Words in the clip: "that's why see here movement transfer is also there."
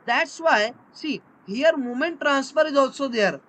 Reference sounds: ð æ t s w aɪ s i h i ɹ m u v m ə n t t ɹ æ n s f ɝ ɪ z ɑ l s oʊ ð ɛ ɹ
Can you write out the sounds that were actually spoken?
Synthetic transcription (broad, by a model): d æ t s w aɪ s i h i ɹ m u m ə n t t ɹ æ n s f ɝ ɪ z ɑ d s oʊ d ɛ ɹ